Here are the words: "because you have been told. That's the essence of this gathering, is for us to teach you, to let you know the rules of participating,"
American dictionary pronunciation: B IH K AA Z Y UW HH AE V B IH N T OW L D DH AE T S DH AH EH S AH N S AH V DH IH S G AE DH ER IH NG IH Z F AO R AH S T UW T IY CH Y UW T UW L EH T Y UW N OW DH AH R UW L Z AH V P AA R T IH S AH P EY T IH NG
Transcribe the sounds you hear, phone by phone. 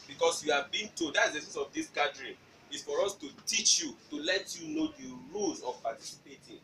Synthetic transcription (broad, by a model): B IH K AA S Y UW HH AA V B IH N T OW D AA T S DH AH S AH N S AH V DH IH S G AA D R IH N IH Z F AO R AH S T UW T IY CH Y UW T UW L EH T Y UW N OW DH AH R UW L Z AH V P AA T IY S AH P EY T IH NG